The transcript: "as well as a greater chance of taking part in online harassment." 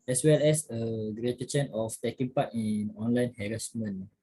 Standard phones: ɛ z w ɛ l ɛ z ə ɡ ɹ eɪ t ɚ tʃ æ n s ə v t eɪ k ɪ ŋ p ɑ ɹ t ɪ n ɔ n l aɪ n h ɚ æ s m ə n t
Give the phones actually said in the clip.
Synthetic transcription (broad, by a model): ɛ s w ɛ l ɛ s ə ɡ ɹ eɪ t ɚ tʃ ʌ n ə f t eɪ k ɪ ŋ p ɑ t ɪ n ɔ n l aɪ n h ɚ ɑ s m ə n